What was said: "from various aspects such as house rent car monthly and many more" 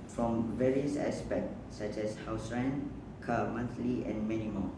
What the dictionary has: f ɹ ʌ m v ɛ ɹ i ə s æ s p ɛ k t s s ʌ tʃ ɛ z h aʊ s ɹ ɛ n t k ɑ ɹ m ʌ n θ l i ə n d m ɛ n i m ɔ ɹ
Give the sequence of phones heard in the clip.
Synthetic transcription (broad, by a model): f ɹ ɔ m v ɛ ɹ i ə s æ s p ɛ k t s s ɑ tʃ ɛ s h aʊ s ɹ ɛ n k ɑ m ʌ n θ l i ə n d m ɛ n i m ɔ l